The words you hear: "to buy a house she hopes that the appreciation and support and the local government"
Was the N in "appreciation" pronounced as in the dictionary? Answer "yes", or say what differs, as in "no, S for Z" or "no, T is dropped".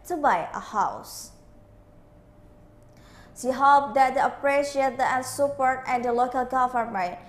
no, N is dropped